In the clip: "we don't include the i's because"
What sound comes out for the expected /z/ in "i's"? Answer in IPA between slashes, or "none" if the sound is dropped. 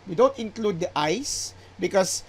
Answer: /s/